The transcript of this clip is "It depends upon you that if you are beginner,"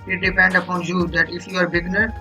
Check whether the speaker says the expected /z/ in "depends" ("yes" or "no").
no